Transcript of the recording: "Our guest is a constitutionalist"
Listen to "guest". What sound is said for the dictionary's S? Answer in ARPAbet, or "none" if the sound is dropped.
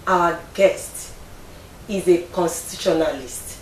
S